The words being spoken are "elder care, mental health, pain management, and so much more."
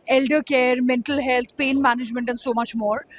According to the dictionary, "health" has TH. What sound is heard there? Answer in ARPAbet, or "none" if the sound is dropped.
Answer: T